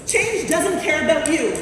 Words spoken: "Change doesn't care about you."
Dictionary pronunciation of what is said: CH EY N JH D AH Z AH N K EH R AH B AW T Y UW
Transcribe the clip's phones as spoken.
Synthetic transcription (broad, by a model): CH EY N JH D AH Z AH N K EH R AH B AW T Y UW